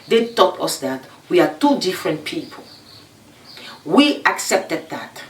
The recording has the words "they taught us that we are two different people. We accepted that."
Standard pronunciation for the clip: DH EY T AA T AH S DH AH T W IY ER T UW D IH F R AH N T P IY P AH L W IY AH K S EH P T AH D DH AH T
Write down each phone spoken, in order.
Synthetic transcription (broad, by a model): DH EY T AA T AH S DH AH T W IY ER T UW D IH F R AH N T P IY P AH L W IY AH K S EH P T AH D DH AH T